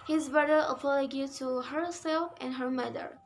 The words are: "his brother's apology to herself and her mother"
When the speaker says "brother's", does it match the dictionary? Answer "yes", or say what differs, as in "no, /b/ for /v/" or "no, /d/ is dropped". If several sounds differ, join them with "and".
no, /z/ is dropped